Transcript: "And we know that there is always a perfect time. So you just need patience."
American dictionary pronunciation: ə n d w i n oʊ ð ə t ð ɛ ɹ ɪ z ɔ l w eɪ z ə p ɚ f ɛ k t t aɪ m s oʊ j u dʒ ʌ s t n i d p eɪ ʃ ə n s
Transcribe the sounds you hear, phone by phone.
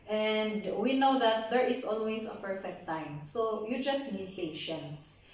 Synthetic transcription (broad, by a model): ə n d w i n oʊ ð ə t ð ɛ ɹ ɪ s ɔ l w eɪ s ə p ɚ f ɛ k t t aɪ m s oʊ j u dʒ ʌ s t n i d p eɪ ʃ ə n s